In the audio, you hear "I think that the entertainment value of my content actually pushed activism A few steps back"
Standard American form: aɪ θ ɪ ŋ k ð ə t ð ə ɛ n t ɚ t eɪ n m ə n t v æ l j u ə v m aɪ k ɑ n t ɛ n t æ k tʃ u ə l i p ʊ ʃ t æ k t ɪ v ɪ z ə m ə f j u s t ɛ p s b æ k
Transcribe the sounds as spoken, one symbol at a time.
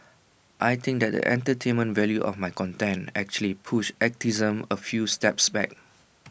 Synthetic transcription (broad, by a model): aɪ t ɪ ŋ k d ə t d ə ɛ n t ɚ t eɪ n m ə n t v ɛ l j u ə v m aɪ k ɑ n t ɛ n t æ k tʃ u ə l i p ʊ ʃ ɛ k t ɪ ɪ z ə m ə f j u s t ɛ p s b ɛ k